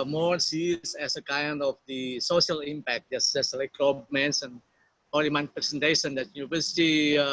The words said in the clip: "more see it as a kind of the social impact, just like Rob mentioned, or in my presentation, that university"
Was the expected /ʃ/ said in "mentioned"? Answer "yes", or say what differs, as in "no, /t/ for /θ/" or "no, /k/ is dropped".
no, /s/ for /ʃ/